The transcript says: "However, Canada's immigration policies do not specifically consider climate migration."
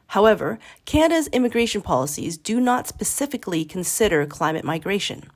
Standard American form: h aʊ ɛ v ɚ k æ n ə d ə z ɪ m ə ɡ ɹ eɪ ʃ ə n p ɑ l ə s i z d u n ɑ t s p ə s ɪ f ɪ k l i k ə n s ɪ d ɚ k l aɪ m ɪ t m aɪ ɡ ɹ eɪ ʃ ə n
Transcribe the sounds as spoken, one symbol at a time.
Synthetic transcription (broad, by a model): h aʊ ɛ v ɚ k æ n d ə z ɪ m ə ɡ ɹ eɪ ʃ ə n p ɑ l ə s i z d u n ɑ t s p ə s ɪ f ɪ k l i k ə n s ɪ d ɚ k l aɪ m ɪ t m aɪ ɡ ɹ eɪ ʃ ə n